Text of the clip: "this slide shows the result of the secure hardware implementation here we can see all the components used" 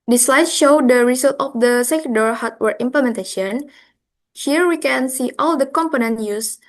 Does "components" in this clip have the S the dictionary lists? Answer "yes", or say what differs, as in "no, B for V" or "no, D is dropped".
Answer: no, S is dropped